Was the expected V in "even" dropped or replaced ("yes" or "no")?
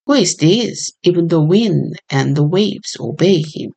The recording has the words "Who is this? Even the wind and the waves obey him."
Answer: no